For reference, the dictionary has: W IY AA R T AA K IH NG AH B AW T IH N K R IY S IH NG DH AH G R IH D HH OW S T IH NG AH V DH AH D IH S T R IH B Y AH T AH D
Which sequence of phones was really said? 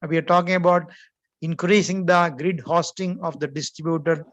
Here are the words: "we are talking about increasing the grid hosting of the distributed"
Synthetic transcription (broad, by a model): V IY AA R T AA K IH NG AH B AW T IH N K R IY S IH NG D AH G R IH D HH OW S T IH NG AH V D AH D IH S T R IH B Y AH T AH D